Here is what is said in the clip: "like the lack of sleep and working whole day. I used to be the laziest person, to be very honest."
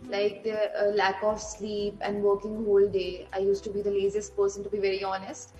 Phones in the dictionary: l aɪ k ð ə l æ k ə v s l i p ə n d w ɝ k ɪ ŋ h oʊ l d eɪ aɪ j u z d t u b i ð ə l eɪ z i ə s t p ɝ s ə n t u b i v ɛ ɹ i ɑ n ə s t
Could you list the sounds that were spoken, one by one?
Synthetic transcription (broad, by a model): l aɪ k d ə l æ k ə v s l i p ə n d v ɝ k ɪ ŋ h oʊ l d eɪ aɪ j u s t u b i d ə l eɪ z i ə s t p ɝ s ə n t u b i v ɛ ɹ i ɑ n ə s t